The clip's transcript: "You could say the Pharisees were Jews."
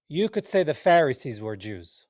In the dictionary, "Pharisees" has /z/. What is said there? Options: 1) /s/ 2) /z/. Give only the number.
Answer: 2